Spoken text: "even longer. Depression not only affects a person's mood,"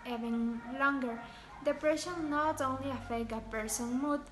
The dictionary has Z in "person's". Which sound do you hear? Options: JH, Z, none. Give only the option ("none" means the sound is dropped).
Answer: none